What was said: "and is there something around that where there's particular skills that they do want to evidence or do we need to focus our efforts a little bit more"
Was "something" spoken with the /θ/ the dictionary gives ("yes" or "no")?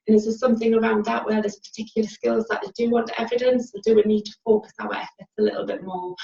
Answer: yes